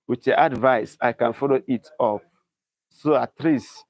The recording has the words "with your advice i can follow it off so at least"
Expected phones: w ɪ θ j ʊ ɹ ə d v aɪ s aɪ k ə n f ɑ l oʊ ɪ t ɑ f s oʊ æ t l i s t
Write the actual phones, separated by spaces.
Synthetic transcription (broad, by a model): w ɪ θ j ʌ ə d v aɪ s aɪ k ə n f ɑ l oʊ ɪ t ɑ p s oʊ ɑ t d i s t